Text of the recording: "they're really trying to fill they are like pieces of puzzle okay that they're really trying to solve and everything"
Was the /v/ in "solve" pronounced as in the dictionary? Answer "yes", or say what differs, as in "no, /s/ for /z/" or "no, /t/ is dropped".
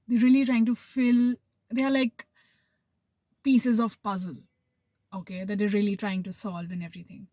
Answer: yes